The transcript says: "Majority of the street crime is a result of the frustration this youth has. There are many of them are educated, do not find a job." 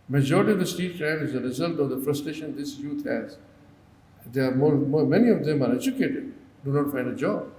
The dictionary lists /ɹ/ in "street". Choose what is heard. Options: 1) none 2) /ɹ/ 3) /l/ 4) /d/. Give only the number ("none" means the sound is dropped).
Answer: 1